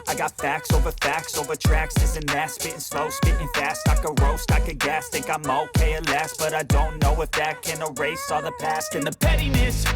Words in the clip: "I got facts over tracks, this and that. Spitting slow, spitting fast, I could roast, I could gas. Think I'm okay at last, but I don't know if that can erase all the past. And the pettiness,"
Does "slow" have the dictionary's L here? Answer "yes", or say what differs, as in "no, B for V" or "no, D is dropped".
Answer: yes